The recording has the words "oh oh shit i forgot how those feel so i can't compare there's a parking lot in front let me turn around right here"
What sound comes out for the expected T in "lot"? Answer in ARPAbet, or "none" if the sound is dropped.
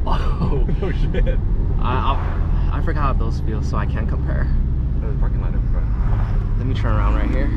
none